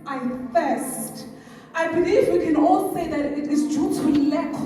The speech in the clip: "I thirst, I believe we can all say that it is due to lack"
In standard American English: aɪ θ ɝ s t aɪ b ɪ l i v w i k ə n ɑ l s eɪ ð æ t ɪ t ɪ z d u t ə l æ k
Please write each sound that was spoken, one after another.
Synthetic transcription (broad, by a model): aɪ f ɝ s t aɪ b ɪ l i v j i k ə n ɑ l s eɪ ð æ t ɪ t ɪ z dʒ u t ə l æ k